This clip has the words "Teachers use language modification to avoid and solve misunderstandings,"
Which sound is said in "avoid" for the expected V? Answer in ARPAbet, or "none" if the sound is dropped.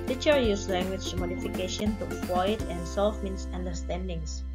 W